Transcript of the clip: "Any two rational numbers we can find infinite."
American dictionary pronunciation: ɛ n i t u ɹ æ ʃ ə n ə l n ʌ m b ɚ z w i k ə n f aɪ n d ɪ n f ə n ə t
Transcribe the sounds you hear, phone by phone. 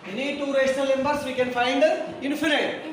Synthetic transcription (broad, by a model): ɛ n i t u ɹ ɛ s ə l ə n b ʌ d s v i k ə n f aɪ n d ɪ n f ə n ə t